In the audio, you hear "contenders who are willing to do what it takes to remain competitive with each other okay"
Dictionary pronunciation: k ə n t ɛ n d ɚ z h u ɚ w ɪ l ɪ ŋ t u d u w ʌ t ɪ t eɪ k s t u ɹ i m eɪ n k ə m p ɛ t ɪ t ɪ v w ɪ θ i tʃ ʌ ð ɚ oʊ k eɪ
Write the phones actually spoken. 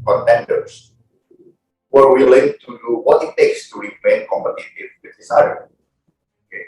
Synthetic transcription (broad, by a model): k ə n t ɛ n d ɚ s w ɚ w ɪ l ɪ ŋ t u d u w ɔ t ɪ t eɪ k s t u ɹ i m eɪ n k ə m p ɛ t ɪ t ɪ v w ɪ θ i s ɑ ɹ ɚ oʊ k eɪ